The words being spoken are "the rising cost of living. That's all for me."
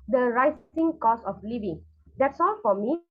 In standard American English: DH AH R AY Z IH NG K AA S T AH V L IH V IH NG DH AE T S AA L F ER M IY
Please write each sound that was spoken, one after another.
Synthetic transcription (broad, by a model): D AH R AY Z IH NG K AA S AH F L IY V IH NG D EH T S AA L F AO M IY